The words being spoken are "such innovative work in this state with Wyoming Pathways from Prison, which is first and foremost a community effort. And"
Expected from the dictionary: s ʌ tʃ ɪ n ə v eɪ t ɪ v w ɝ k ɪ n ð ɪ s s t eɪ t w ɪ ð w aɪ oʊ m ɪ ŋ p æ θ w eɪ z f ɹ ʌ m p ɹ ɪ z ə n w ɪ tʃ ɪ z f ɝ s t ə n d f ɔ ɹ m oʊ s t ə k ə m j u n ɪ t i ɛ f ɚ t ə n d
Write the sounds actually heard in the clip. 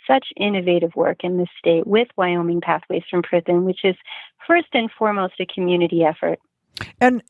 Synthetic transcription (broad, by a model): s ʌ tʃ ɪ n ə v eɪ t ɪ v w ɝ k ɪ n ð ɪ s s t eɪ t w ɪ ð w aɪ oʊ m ɪ ŋ p æ θ w eɪ z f ɹ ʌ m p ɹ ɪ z n w ɪ tʃ ɪ z f ɝ s t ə n f ɔ ɹ m oʊ s t ə k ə m j u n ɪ t i ɛ f ɚ t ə n